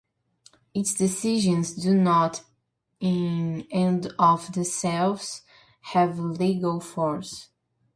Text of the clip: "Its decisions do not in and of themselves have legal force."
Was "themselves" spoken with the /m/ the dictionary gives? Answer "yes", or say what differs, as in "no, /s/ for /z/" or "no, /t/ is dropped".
no, /m/ is dropped